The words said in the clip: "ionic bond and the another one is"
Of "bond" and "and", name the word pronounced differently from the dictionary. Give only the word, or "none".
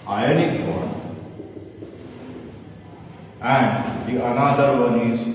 bond